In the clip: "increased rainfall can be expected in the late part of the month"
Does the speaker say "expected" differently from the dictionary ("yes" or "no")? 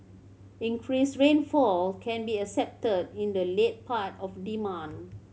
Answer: yes